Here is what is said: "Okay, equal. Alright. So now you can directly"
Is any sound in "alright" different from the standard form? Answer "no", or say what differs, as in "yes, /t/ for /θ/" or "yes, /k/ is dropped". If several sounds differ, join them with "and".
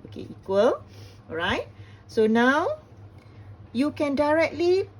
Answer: yes, /l/ is dropped